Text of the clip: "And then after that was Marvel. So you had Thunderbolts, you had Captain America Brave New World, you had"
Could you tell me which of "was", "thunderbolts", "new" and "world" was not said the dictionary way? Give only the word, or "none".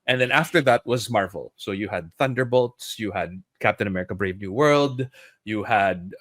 none